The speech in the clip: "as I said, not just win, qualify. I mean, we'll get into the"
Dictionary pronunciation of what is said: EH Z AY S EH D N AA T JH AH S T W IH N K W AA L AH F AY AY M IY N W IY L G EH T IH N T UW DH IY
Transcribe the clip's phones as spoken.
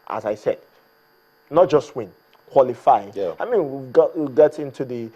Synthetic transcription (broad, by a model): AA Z AY S EH D N AA T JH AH S T W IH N K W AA L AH F AY AY M IY N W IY W G EH T IH N T UW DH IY